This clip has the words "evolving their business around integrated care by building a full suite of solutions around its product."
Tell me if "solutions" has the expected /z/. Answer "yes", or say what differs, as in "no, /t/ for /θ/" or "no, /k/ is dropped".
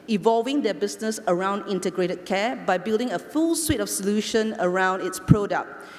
no, /z/ is dropped